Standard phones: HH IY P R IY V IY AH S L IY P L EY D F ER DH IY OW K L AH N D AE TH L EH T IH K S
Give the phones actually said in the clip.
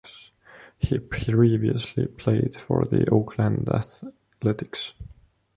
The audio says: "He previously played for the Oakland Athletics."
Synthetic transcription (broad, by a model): HH IY P R IY V IY AH S L IY P L EY D F ER DH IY OW K L AH N D AE TH L EH T IH K S